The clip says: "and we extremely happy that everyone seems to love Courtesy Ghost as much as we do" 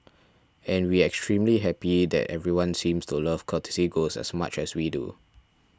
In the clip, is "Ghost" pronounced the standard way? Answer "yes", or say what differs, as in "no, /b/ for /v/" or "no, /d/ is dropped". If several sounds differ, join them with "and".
no, /t/ is dropped